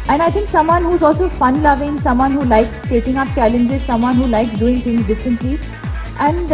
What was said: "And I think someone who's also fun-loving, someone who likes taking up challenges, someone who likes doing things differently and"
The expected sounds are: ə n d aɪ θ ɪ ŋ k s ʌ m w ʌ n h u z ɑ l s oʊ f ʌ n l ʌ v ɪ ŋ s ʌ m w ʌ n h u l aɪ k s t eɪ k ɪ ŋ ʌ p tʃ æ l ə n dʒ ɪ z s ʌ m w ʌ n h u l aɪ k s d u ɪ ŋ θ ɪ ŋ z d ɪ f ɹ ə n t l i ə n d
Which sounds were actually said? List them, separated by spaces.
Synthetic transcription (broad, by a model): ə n aɪ t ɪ ŋ k s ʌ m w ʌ n h u z ɑ l s oʊ f ʌ n l ʌ v ɪ ŋ s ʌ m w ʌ n h u l aɪ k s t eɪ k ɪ ŋ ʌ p tʃ æ l ə n dʒ ɪ z s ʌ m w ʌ n h u l aɪ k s d u ɪ ŋ t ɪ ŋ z d ɪ f ɹ ə n t l i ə n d